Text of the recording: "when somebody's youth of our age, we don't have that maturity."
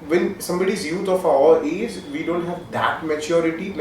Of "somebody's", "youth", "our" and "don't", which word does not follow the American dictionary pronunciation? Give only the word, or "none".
youth